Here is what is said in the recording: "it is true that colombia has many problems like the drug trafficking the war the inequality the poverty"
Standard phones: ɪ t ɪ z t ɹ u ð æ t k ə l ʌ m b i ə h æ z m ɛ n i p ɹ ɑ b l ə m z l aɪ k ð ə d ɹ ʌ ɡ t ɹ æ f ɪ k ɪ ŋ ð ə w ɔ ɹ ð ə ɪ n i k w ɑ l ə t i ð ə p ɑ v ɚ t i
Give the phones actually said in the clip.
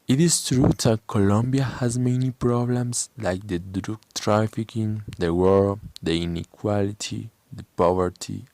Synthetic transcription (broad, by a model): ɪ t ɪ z t ɹ u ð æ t k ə l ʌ m b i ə h æ z m ɛ n i p ɹ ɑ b l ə m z l aɪ k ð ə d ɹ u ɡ t ɹ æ f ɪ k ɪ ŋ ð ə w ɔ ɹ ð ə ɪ n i k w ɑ l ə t i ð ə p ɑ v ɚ t i